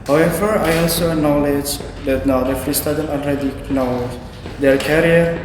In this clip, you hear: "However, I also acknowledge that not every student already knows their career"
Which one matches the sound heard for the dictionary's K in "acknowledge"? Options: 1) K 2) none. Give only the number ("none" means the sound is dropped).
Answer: 2